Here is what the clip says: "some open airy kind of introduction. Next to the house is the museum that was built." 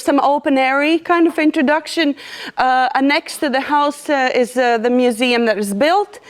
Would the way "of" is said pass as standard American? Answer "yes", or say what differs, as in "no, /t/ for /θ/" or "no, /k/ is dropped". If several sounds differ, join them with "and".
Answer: yes